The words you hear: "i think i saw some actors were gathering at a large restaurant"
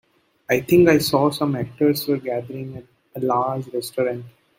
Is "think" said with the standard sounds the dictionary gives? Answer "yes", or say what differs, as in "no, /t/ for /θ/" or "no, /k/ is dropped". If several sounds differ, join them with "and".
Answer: no, /t/ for /θ/